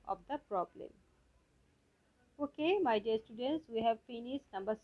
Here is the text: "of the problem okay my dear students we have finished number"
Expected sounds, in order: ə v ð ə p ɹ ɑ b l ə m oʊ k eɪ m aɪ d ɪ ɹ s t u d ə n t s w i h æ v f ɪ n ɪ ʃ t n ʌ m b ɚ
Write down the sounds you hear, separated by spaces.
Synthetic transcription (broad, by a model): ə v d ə p ɹ ɑ b l ə m oʊ k eɪ m aɪ d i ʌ s t u d ə n t s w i h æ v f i n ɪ s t n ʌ m b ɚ